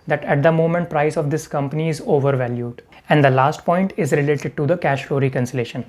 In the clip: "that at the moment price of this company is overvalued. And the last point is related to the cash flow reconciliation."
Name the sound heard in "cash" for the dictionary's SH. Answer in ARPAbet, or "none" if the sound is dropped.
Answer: SH